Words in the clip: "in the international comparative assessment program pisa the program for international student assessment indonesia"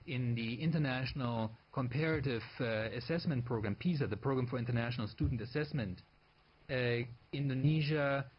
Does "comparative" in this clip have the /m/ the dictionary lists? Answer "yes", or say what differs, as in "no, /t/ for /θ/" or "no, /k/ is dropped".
yes